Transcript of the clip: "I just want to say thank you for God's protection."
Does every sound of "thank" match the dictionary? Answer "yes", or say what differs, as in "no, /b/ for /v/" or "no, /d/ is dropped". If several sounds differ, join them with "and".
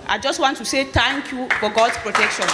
no, /t/ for /θ/